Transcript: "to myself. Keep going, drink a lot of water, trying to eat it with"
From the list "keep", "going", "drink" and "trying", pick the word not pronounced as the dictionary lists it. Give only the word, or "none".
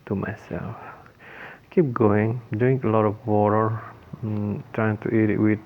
drink